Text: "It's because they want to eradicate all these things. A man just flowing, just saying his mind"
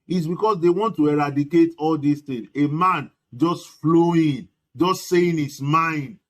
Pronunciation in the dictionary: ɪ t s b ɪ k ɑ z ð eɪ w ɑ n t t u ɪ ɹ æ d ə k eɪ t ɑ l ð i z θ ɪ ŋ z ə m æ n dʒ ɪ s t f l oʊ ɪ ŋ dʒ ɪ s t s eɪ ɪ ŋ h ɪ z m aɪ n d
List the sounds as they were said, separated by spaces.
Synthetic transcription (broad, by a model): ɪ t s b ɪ k ɑ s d eɪ w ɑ n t t u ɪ ɹ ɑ d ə k eɪ t ɑ l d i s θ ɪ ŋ ə m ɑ n dʒ ɪ s t f l oʊ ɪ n dʒ ɪ s t s eɪ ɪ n h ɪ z m aɪ n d